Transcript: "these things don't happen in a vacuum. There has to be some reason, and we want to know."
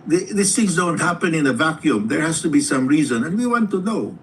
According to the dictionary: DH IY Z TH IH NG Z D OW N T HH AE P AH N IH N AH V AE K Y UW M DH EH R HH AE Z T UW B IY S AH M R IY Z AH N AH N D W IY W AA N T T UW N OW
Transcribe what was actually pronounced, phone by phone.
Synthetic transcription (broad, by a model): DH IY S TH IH NG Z D OW N T HH AE P AH N IH N AH V AE K Y UW M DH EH R HH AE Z T UW B IY S AH M R IY Z AH N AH N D W IY W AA N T T UW N OW